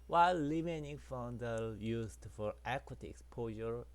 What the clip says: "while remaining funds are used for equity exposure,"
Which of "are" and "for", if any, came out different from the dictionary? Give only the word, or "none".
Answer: are